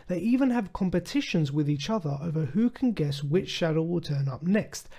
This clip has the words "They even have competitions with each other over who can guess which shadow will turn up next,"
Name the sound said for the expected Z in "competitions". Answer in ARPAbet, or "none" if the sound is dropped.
Z